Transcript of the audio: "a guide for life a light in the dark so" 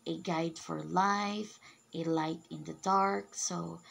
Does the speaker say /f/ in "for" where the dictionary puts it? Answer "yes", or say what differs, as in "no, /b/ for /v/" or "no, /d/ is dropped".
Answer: yes